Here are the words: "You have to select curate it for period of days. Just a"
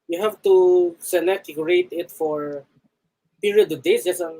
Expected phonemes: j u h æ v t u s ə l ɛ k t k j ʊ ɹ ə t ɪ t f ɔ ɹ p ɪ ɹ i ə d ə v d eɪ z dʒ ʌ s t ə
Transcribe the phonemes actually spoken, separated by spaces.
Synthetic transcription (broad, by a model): j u h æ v t u s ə n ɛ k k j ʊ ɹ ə t ɪ t f ɔ ɹ p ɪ ɹ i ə d ə v d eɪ s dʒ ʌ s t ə